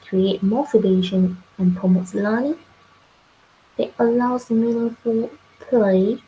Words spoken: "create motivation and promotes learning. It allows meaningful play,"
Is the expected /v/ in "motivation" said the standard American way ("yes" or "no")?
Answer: no